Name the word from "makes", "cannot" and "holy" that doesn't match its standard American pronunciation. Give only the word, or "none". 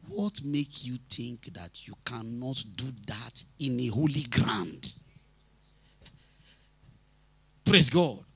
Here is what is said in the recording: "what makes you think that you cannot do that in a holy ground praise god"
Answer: makes